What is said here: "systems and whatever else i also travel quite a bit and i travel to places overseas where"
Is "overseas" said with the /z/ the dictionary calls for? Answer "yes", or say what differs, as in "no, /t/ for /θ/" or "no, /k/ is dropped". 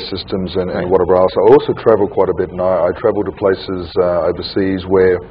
yes